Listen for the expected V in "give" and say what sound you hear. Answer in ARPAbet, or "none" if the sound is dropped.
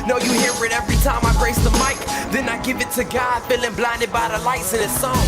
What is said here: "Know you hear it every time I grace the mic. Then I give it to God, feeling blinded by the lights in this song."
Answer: V